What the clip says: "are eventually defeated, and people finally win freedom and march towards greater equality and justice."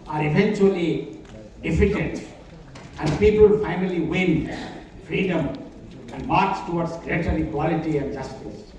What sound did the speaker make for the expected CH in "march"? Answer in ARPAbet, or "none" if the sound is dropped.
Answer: S